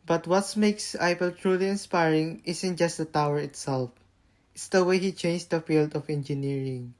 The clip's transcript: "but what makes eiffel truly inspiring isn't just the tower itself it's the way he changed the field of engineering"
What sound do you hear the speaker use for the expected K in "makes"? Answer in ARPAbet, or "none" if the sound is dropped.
K